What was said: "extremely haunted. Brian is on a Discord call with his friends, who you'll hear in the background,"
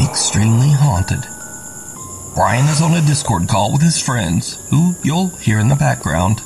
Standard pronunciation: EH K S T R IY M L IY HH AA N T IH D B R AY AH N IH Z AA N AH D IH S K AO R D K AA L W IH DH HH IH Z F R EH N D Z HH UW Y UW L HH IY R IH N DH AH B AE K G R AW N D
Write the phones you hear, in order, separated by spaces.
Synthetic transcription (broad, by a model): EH K S T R IY M L IY HH AA N T IH D B R AY AH N IH Z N AH D IH S K AO R D K AA L W IH DH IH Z F R EH N D Z HH UW Y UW L HH IY R IH N DH AH B AE K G R AW N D